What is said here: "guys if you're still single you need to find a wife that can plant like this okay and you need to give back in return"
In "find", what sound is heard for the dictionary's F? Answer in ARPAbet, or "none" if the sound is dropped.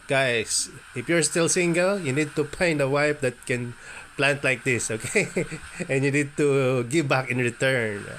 P